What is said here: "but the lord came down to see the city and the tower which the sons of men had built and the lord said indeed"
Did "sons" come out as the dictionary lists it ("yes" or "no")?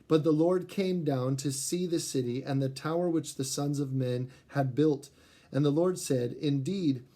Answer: yes